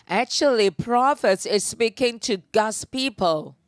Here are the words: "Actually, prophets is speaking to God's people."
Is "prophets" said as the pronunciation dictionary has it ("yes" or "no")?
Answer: yes